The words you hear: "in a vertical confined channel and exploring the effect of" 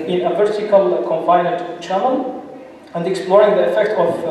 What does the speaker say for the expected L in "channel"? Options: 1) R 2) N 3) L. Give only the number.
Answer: 2